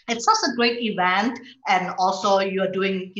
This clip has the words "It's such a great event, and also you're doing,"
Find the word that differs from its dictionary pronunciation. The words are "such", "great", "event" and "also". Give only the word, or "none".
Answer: such